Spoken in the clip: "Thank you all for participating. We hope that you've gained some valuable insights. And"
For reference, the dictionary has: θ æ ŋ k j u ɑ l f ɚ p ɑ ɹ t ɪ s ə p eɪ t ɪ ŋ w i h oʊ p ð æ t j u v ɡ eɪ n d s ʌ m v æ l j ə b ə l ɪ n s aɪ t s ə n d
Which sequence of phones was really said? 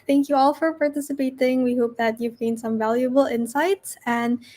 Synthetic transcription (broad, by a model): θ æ ŋ k j u ɑ l f ɚ p ɑ ɹ t ɪ s ə p eɪ t ɪ ŋ w i h oʊ p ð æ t j u v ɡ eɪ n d s ʌ m v æ l j ə b ə l ɪ n s aɪ t s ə n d